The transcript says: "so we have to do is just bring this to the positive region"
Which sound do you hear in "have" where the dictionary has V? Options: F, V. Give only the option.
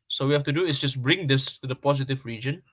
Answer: F